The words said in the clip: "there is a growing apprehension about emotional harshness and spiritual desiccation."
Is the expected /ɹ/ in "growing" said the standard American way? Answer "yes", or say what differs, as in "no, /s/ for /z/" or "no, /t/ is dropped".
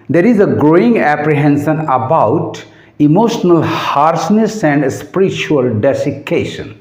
yes